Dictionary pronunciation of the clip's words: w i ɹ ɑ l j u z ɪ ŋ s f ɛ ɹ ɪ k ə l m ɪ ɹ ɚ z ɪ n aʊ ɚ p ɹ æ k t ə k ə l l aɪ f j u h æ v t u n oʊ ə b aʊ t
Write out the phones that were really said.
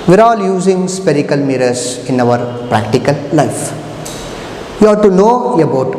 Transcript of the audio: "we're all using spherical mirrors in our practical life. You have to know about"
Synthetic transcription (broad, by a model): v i ɹ ɑ l j u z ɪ ŋ s p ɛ ɹ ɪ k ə l m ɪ ɹ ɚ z ɪ n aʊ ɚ p ɹ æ k t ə k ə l l aɪ f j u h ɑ t u n oʊ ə b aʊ t